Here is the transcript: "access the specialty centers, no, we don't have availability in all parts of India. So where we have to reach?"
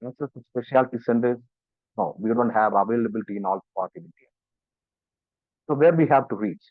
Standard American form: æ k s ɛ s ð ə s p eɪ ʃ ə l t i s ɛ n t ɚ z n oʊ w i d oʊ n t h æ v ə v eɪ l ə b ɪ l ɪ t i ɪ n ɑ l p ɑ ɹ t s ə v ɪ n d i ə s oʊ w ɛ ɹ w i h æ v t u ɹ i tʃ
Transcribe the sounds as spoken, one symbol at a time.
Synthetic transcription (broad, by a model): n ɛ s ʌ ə s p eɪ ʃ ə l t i s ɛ n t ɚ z n oʊ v i d oʊ n t h æ v ə v eɪ l ə b ɪ l ɪ t i ɪ n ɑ l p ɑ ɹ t ə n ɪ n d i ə s oʊ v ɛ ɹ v i h æ v t u ɹ i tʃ